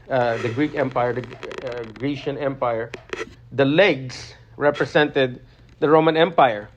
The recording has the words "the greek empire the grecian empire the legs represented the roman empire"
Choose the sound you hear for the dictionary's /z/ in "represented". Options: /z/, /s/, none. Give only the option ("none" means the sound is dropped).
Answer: /s/